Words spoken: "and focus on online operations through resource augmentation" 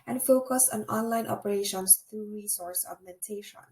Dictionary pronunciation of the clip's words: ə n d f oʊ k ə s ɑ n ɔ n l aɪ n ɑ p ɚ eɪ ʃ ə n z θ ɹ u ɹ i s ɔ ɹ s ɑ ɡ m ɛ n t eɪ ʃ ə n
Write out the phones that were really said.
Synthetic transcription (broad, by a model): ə n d f oʊ k ə s ɑ n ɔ n l aɪ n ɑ p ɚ eɪ ʃ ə n s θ ɹ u ɹ i s ɔ ɹ s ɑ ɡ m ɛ n t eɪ ʃ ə n